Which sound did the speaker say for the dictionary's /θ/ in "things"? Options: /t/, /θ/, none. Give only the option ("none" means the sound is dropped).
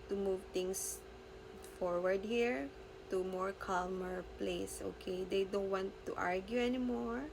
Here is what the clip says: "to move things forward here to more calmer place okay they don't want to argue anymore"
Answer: /t/